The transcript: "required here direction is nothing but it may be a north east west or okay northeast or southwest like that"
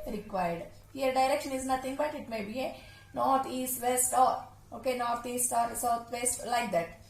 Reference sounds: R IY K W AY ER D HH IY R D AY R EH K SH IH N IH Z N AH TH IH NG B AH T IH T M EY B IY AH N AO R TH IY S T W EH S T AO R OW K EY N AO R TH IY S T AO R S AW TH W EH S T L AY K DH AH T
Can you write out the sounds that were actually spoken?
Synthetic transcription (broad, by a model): R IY K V AY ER D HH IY R D AY R EH K SH IH N IH Z N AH T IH NG B AH T IH T M EY B IY AH N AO R T IY S T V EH S T AO R OW K EY N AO R T IY S T AO R S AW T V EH S T L AY K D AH T